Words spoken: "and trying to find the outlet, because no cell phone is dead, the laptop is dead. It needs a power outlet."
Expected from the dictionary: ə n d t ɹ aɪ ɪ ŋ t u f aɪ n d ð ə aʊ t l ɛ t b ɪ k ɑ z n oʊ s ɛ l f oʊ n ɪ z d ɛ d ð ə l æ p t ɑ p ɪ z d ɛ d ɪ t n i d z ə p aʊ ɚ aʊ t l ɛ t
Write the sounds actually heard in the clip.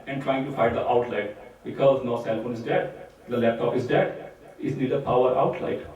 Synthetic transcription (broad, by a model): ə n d t ɹ aɪ ɪ ŋ t u f aɪ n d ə aʊ t l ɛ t b ɪ k ɑ z n oʊ s ɛ l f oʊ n ɪ z d ɛ d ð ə l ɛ p t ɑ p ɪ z d ɛ d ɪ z n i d ə p aʊ ɚ aʊ t l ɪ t